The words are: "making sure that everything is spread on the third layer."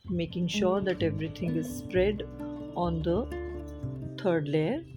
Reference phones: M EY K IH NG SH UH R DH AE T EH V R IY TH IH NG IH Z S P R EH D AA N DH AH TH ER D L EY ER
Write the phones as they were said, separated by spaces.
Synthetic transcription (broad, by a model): M EY K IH NG SH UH R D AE T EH V R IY T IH NG IH Z S P R EH D AA N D AH T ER D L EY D